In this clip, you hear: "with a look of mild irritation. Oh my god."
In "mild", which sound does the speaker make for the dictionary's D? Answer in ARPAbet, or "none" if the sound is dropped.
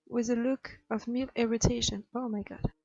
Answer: none